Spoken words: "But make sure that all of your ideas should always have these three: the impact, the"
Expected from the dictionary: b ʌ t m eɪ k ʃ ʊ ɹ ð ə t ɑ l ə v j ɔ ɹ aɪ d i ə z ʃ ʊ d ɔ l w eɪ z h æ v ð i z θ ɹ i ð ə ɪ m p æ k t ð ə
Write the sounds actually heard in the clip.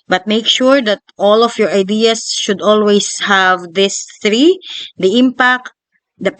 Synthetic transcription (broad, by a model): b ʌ t m eɪ k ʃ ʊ ɹ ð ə t ɑ l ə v j ɔ ɹ aɪ d i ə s ʃ ʊ d ɔ l w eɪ s h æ v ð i s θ ɹ i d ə ɪ m p æ k t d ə